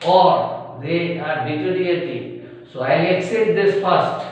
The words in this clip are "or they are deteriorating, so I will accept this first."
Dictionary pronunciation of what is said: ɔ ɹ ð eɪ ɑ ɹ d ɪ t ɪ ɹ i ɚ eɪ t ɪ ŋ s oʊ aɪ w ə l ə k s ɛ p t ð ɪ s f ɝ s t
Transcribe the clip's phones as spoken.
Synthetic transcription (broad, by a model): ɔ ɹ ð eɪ ɑ ɹ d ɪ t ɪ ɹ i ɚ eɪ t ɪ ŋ s oʊ aɪ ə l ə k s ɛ t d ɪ s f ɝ s t